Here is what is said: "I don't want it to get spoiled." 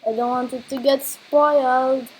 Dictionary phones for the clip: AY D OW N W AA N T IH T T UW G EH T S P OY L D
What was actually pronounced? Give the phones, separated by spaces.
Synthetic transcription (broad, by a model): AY D OW N W AA N T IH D T UW G EH T S P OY L D